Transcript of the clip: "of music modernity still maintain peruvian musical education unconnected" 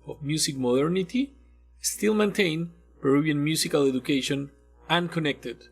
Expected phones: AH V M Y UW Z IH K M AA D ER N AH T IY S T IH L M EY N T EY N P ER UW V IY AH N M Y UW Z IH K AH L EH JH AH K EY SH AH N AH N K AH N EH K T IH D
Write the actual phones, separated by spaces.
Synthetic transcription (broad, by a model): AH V M Y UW S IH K M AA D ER N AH T IY S T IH L M EY N T EY N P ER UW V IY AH N M Y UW S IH K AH L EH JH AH K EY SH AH N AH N K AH N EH K T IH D